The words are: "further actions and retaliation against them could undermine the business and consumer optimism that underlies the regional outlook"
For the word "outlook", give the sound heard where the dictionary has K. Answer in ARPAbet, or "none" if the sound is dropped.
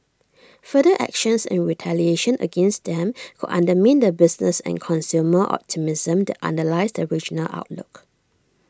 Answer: K